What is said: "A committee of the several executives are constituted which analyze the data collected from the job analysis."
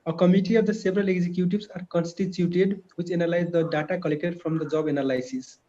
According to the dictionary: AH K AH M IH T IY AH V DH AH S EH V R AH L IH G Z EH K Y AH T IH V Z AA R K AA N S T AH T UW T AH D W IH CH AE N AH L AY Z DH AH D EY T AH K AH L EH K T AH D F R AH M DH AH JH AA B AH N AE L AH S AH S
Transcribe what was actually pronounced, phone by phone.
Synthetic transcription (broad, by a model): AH K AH M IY T IY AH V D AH S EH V R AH L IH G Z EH K Y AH T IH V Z AA R K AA N S T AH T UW T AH D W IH CH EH N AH L AY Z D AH D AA T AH K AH L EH K T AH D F R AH M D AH JH AA B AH N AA L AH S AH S